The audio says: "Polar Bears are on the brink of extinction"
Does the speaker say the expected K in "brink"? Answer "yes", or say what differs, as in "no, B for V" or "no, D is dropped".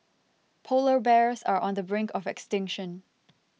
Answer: yes